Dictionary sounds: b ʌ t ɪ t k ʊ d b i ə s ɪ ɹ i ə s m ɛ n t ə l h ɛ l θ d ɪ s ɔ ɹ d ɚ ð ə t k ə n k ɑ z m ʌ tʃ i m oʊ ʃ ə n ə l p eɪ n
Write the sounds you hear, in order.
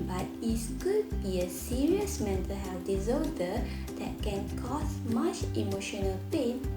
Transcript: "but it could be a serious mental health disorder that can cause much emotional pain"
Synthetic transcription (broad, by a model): b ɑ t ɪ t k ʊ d b i ə s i ɹ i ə s m ɛ n t ə l h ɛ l f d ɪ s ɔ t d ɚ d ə t k ə n k ɑ s m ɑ tʃ i m oʊ ʃ ə n ə l p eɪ n